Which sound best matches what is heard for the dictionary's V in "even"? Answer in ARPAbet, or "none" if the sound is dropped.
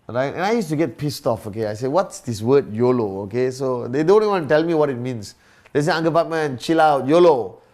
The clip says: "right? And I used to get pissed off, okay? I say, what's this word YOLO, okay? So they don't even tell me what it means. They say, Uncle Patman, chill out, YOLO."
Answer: W